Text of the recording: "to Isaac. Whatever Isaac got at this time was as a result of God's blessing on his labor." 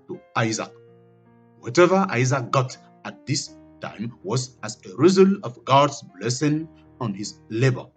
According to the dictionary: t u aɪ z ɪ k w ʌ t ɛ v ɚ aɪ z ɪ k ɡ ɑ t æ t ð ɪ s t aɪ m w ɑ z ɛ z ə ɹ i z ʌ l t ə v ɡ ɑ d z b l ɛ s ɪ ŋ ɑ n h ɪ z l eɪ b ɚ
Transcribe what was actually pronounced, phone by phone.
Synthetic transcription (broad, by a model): t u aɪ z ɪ k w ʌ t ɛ v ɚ aɪ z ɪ k ɡ ɑ t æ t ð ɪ s t aɪ m w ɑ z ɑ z ə ɹ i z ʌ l ə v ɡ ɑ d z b l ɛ s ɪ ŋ ɑ n h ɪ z l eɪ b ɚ